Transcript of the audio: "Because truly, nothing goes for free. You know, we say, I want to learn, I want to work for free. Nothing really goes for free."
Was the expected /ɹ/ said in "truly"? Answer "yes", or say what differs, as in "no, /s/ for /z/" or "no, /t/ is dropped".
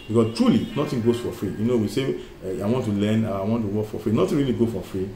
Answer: yes